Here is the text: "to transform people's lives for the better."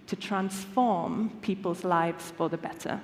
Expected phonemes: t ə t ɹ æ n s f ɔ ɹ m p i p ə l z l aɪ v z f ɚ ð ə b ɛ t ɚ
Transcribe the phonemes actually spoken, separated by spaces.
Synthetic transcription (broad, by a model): t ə t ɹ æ n s f ɔ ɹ m p i p ə l z l aɪ v z f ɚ ð ə b ɛ t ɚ